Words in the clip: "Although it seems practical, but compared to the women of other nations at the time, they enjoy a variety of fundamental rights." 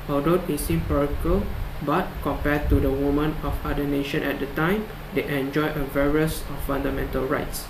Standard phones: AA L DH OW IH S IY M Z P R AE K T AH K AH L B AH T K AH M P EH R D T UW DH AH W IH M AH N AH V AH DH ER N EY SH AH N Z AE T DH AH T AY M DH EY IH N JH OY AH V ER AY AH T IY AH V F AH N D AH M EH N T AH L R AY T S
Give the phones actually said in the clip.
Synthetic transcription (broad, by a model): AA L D OW IH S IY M P AA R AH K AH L B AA T K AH M P EH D T UW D AH W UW M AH N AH F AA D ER N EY SH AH N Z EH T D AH T AY M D EY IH N JH OY AH V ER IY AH S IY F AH N D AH M EH N T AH L R AY T S